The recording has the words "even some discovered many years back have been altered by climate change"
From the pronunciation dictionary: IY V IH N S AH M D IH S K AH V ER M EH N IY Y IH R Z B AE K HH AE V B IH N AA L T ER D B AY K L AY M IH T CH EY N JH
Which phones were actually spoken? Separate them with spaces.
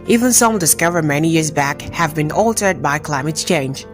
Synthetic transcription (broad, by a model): IY V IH N S AH M D IH S K AH V ER M EH N IY Y IH R Z B AE K HH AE V B IH N AA L T ER D B AY K L AY M IH T CH EY N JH